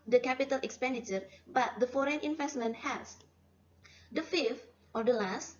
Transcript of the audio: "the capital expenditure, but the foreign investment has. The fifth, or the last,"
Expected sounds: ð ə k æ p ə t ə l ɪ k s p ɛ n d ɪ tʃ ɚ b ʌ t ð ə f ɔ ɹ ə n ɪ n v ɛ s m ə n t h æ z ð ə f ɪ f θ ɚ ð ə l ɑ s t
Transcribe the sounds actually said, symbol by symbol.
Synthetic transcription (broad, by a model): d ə k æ p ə t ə l ɪ k s p ɛ n d ɪ tʃ ɚ b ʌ t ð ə f ɔ ɹ ə n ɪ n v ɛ s m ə n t h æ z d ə f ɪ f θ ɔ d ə l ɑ s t